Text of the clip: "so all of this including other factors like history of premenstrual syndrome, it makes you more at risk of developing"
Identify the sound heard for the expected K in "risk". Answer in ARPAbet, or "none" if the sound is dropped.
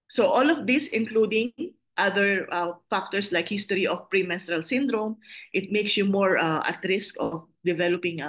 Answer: K